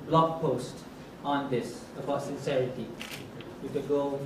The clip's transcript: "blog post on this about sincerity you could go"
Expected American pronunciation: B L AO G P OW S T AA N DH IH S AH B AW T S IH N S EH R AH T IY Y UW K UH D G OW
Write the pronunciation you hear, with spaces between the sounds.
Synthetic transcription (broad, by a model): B L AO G P OW S T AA N DH IH S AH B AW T S IH N S EH R AH T IY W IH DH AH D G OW